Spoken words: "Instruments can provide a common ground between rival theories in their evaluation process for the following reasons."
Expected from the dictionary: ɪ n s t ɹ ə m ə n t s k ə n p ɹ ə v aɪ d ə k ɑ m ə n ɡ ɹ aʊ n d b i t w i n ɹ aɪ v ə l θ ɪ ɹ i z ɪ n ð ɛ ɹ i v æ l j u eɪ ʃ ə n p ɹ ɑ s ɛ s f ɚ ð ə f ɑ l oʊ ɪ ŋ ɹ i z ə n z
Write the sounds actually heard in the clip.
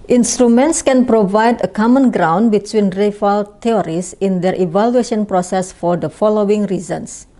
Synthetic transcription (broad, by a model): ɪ n s t ɹ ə m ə n t s k ə n p ɹ ə v aɪ d ə k ɑ m ə n ɡ ɹ aʊ n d b i t w i n ɹ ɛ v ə l t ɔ ɹ i s ɪ n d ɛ ɹ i v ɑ l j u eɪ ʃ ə n p ɹ ɑ s ɛ s f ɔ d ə f ɑ l oʊ ɪ ŋ ɹ i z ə n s